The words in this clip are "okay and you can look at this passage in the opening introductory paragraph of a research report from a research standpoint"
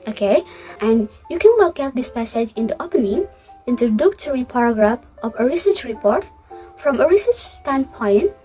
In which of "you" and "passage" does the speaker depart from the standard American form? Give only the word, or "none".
none